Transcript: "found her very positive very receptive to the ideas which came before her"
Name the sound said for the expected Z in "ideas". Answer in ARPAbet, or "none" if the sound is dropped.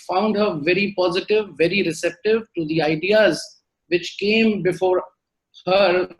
Z